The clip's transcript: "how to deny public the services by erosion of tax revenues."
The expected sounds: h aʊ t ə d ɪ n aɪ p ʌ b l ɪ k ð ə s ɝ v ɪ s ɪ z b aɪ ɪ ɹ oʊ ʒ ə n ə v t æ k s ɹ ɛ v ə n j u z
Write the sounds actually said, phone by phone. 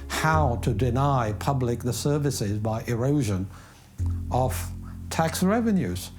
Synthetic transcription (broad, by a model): h aʊ t ə d ɪ n aɪ p ʌ b l ɪ k ð ə s ɝ v ɪ s ɪ z b aɪ ɪ ɹ oʊ ʒ ə n ə v t æ k s ɹ ɛ v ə n j u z